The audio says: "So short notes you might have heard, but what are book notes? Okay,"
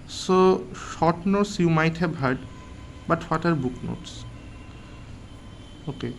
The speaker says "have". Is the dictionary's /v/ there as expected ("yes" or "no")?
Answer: no